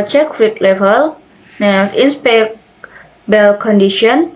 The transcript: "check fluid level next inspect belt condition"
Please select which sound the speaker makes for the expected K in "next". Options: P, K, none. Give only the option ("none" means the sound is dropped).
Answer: none